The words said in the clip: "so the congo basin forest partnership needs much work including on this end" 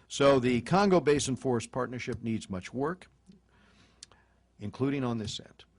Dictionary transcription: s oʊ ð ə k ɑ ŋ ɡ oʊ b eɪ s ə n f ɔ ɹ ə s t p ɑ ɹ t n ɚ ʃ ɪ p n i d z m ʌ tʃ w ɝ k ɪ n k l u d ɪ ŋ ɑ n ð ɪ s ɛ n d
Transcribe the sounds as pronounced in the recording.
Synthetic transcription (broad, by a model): s oʊ ð ə k ɑ ŋ ɡ oʊ b eɪ s ə n f ɔ ɹ s p ɑ ɹ t n ɚ ʃ ɪ p n i d z m ʌ tʃ w ɝ k ɪ n k l u d ɪ ŋ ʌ n ð ɪ s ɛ n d